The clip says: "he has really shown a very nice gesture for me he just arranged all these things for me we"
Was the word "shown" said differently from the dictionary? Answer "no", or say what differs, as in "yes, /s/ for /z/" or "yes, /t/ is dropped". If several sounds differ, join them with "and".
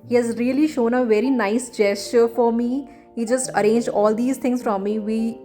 no